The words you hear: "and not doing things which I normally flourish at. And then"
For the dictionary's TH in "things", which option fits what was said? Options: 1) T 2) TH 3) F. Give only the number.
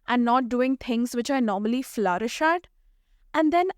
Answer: 1